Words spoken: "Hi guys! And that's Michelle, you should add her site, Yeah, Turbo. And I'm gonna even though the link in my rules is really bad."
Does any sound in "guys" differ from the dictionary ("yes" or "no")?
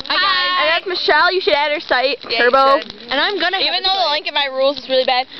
yes